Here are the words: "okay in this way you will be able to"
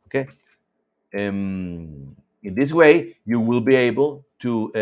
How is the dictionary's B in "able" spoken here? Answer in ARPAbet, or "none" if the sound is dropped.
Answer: B